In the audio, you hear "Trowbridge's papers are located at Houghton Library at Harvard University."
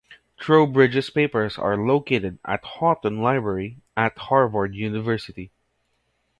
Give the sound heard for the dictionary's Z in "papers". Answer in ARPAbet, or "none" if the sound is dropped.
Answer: S